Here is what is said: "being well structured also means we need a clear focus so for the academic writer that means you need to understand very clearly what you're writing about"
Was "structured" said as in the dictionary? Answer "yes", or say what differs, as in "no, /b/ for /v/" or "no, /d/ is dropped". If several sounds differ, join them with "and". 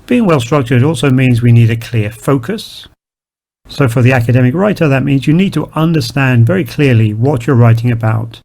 yes